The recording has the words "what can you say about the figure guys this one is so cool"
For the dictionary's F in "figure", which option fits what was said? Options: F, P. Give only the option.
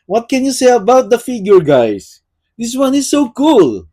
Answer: F